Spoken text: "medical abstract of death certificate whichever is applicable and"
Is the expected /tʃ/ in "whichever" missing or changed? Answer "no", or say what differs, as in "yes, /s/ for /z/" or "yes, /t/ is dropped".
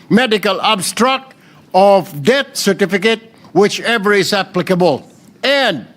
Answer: no